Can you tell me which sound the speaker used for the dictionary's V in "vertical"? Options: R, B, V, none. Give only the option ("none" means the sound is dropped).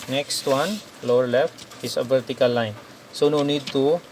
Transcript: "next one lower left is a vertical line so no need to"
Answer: B